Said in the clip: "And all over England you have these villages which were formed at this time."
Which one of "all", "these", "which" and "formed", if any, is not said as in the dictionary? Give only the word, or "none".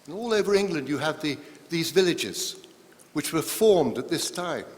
none